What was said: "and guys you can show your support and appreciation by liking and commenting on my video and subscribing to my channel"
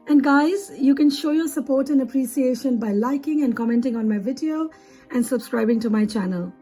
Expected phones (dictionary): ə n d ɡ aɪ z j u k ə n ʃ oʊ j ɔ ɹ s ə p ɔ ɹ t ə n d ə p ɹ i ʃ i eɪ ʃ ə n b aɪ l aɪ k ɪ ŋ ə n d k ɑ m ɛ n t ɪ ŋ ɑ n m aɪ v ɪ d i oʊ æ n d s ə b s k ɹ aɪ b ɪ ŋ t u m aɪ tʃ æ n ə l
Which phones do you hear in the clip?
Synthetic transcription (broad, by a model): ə n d ɡ aɪ z j u k ə n ʃ oʊ j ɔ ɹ s ə p ɔ ɹ t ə n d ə p ɹ i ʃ i eɪ ʃ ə n b aɪ l aɪ k ɪ ŋ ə n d k ɑ m ɛ n t ɪ ŋ ɑ n m aɪ v ɪ d i oʊ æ n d s ə b s k ɹ aɪ b ɪ ŋ t u m aɪ tʃ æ n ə l